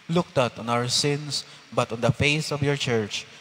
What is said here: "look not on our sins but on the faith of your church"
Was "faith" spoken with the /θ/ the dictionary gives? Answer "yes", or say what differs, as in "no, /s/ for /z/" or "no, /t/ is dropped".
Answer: no, /s/ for /θ/